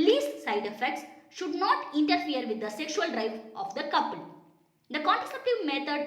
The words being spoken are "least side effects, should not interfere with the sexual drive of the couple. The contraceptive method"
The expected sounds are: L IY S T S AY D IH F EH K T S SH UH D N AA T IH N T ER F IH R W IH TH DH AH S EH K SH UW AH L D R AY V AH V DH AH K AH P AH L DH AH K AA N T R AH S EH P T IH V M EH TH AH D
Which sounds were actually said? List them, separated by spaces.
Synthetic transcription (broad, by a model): L IY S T S AY D IH F EH K T S SH UH D N AA T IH N T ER F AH R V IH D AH S EH K SH UW AH L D R AY F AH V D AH K AH P AH L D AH K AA N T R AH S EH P T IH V M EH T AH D